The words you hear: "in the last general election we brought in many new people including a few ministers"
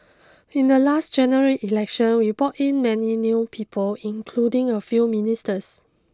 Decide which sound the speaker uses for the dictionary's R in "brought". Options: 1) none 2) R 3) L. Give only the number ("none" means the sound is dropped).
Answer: 1